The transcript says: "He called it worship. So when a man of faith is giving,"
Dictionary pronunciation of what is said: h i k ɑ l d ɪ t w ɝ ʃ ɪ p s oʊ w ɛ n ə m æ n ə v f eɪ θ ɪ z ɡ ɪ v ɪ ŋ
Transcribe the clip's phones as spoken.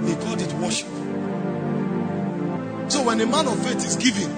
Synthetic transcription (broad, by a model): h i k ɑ d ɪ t w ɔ ʃ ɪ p s oʊ w ɛ n ə m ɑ n ə v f eɪ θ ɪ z ɡ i v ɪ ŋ